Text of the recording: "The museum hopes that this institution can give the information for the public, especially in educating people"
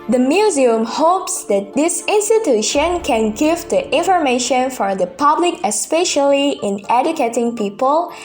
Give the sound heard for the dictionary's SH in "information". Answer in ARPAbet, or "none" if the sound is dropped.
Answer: SH